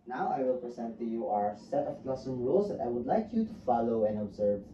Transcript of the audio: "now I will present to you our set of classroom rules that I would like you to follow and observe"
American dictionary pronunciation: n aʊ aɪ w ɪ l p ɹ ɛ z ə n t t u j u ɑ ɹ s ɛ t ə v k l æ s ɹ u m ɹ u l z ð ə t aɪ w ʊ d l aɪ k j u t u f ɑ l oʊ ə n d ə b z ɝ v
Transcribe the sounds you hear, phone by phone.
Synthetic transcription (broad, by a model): n aʊ aɪ w ɪ l p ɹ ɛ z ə n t t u j u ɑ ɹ s ɛ t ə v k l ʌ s ʌ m ɹ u l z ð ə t aɪ w ʊ d l aɪ k j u t u f ɑ l oʊ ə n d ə b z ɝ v